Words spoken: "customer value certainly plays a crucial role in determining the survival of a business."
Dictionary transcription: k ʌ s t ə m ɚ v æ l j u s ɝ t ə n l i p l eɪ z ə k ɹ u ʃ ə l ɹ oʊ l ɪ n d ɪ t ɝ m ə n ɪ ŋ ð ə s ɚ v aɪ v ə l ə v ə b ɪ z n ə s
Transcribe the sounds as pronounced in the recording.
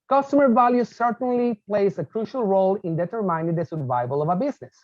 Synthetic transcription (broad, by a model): k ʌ s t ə m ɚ v æ l j u s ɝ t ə n l i p l eɪ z ə k ɹ u ʃ ə l ɹ oʊ l ɪ n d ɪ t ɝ m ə ɪ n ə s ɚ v aɪ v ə l ə v ə b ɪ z n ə s